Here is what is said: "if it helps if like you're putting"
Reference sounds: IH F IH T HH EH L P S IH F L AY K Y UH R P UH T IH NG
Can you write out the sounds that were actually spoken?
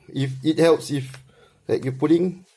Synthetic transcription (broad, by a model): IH F IH T HH EH L P S IH F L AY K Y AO P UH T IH NG